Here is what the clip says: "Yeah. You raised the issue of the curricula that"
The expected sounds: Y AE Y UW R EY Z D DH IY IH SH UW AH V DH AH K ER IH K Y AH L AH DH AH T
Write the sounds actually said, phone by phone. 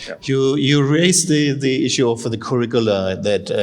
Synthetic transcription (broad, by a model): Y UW Y UW R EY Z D DH IY IH SH UW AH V DH AH K ER IH K Y AH L AH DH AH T